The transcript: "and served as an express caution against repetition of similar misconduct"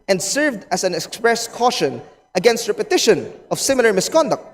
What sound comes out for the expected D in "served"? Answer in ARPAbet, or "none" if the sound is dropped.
D